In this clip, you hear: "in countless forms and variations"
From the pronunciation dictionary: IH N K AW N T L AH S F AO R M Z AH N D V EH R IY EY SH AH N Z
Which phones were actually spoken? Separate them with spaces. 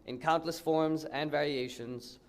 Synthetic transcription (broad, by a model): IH N K AW N T L AH S F AO R M Z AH N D V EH R IY EY SH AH N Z